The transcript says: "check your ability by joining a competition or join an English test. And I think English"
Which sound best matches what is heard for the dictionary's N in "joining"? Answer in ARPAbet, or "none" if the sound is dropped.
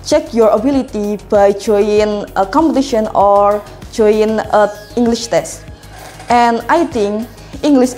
none